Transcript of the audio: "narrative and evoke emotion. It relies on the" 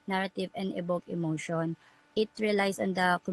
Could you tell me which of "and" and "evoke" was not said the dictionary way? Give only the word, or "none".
evoke